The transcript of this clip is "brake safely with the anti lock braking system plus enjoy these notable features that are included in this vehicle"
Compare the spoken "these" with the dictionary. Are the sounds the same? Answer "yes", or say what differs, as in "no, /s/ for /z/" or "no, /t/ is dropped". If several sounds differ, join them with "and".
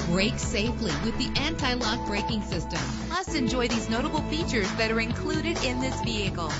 yes